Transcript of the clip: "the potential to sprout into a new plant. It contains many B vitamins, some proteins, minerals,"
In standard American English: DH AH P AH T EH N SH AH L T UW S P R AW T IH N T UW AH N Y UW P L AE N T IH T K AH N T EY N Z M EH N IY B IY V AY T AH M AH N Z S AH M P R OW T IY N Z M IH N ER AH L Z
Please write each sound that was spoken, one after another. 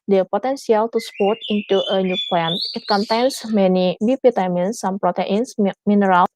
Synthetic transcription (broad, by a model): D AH P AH T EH N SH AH L T UW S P AO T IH N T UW AH N Y UW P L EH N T IH T K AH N T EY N S M EH N IY B IY P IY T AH M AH N S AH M P R OW T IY N S M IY N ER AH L